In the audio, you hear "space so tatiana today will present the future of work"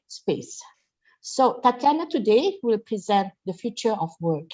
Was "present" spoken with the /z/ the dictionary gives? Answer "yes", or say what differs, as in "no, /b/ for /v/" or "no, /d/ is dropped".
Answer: yes